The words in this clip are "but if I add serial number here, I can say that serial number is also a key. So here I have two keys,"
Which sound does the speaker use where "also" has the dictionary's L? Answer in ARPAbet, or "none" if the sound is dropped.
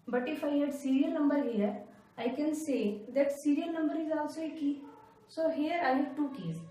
none